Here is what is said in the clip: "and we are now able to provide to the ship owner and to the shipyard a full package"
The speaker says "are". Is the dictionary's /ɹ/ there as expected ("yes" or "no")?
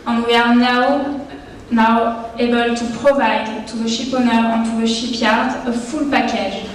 no